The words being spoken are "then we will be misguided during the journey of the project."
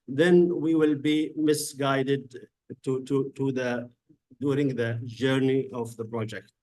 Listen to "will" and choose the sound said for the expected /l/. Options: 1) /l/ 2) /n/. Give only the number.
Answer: 1